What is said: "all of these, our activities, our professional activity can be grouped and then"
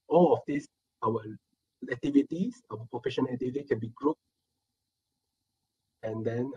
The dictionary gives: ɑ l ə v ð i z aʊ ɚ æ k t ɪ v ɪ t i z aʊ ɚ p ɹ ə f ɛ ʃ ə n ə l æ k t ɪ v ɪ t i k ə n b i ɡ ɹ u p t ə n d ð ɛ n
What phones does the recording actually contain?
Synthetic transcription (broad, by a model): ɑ l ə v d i s aʊ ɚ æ k t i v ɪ t i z aʊ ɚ p ɹ ə f ɛ ʃ ə n ə l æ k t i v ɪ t i k ə n b i ɡ ɹ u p ə n d ɛ n